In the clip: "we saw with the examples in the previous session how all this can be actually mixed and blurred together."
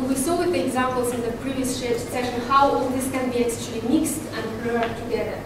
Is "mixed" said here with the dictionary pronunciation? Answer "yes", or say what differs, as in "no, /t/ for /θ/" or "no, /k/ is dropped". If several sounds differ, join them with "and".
yes